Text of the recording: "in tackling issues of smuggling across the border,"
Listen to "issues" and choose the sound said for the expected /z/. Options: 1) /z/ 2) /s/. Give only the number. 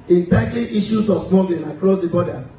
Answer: 2